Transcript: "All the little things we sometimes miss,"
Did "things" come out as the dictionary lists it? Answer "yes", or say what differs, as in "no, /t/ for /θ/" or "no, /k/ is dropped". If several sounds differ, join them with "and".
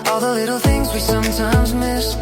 yes